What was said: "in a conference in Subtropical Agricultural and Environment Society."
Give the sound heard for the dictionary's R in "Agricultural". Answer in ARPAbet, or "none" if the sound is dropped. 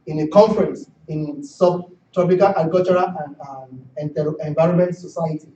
none